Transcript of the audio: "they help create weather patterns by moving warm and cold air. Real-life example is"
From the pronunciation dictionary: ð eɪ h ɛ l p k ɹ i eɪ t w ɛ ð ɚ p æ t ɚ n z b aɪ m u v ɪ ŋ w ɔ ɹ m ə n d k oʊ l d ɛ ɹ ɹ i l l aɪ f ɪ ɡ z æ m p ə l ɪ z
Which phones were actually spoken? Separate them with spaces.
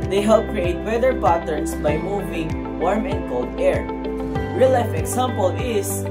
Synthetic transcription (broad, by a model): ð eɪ h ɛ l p k ɹ i eɪ t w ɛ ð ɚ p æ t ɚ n s b aɪ m u v ɪ ŋ w ɔ ɹ m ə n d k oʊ l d ɛ ɹ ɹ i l l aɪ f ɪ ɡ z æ m p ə l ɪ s